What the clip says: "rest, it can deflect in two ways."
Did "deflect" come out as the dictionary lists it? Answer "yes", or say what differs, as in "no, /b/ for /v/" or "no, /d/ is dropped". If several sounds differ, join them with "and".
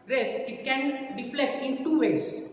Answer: no, /k/ is dropped